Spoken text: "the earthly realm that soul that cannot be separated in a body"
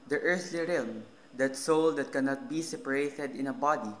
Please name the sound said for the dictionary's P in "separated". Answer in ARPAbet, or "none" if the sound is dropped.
P